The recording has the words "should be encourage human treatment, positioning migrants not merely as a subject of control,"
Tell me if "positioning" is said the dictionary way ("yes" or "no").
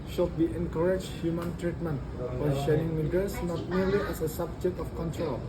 no